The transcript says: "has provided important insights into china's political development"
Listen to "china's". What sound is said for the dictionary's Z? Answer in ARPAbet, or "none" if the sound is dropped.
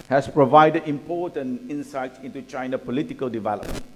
none